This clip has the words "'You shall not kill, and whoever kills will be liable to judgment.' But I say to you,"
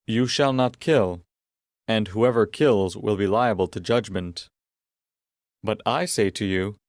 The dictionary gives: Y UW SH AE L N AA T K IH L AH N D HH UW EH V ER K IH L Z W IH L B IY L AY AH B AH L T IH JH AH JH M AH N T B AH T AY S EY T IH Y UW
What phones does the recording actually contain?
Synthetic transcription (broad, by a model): Y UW SH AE L N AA T K IH L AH N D HH UW EH V ER K IH L Z W IH L B IY L AY AH B AH L T IH JH AH JH M AH N T B AH T AY S EY T IH Y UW